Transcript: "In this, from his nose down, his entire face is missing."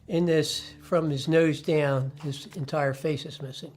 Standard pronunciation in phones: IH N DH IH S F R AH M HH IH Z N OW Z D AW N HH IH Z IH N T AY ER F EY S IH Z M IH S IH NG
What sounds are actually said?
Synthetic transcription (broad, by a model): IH N DH IH S F R AH M IH Z N OW Z D AW N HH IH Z IH N T AY ER F EY S IH Z M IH S IH NG